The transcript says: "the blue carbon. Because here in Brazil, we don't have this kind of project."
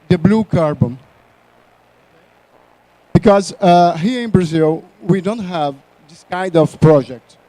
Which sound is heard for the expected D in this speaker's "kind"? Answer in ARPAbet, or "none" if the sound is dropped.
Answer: D